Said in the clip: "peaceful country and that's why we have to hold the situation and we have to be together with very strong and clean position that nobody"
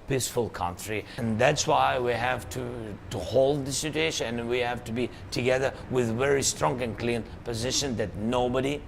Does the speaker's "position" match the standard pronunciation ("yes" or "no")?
yes